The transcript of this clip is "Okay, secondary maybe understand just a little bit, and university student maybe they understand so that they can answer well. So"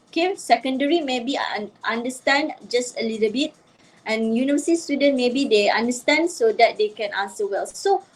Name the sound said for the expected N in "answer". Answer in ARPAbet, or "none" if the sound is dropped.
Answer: none